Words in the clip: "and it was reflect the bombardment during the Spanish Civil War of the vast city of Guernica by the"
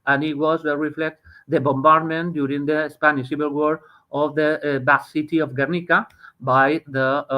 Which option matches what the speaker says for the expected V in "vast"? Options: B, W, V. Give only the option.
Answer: B